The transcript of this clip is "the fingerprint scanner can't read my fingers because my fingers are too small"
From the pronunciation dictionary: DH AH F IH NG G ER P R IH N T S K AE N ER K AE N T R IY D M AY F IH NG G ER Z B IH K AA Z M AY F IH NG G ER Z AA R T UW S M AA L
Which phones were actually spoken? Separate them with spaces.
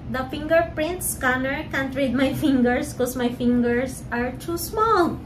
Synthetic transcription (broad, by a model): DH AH F IH NG G ER P R IH N T S K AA N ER K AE N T R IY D M AY F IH NG G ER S K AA S M AY F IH NG G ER S AA R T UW S M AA L